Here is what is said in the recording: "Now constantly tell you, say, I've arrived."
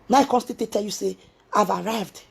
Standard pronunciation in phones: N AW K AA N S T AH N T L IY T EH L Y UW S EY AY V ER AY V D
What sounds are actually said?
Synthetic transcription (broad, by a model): N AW K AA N S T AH T IY T EH L Y UW S EY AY V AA AY V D